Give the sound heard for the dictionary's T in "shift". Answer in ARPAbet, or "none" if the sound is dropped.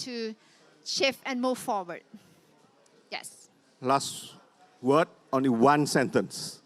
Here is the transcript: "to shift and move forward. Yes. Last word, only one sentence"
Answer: none